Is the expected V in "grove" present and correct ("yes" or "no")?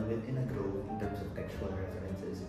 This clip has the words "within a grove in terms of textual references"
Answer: no